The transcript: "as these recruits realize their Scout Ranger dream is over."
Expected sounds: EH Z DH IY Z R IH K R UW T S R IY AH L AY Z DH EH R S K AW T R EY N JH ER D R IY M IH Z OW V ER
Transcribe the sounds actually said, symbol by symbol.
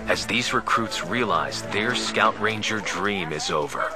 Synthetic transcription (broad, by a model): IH Z DH IY Z R IH K R UW T S R IY AH L AY Z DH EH R S K AW T R EY N JH ER D R IY M IH Z OW V ER